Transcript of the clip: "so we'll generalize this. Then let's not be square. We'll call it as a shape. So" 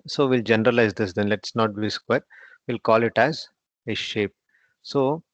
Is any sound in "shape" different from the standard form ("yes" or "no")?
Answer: no